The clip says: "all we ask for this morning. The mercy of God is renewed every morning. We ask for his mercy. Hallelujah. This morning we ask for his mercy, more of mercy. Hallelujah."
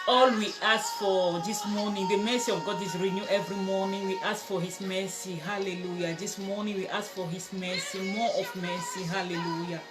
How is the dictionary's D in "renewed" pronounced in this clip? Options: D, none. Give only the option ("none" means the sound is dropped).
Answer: none